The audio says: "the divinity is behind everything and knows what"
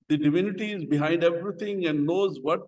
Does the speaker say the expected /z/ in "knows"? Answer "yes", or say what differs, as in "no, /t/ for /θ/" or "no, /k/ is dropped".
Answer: yes